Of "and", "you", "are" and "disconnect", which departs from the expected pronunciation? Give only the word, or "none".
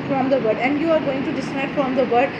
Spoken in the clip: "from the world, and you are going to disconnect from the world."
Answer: disconnect